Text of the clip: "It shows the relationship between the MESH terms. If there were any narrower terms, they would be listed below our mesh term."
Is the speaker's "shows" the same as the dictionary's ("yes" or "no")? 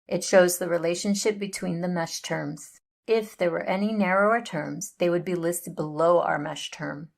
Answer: yes